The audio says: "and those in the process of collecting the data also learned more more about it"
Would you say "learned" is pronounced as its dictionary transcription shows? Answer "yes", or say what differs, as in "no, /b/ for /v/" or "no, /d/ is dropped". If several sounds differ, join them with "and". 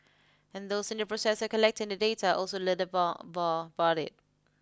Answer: no, /n/ is dropped